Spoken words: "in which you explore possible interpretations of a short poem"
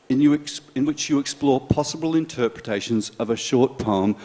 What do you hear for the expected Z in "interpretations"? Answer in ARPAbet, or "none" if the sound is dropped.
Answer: Z